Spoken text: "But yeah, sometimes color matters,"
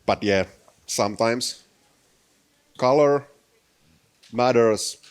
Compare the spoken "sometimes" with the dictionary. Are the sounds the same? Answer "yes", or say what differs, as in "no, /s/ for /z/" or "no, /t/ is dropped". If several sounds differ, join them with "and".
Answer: no, /s/ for /z/